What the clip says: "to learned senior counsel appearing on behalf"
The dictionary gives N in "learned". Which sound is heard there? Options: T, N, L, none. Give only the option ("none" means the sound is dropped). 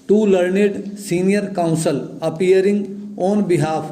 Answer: N